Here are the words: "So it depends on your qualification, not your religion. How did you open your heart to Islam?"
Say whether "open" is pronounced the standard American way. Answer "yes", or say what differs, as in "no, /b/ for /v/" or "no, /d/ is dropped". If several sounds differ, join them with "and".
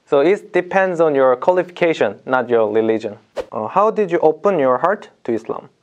yes